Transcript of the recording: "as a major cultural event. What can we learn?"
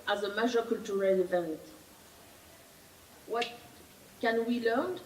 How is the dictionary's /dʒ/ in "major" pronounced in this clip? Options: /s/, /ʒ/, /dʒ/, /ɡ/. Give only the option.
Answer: /ʒ/